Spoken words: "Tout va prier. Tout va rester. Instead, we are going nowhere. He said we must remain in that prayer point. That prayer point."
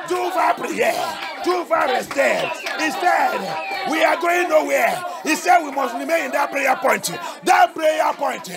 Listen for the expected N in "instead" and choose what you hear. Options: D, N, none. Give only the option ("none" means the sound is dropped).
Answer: none